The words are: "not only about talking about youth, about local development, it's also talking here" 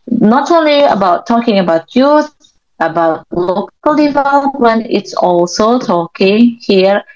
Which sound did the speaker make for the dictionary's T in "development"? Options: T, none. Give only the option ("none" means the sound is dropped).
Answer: none